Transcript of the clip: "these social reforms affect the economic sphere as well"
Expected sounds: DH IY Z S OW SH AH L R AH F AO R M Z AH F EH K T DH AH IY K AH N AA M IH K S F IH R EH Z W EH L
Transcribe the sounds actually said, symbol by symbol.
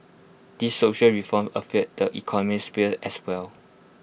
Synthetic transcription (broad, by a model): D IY S OW SH AH L R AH F AO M AH F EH T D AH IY K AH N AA M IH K S P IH L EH S W EH L